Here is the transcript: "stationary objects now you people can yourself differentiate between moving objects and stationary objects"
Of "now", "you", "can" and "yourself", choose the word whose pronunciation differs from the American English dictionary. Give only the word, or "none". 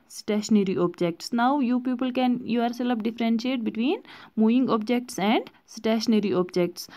yourself